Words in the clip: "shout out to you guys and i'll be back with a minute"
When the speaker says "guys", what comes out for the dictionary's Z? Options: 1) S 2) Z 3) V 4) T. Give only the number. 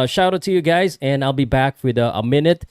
2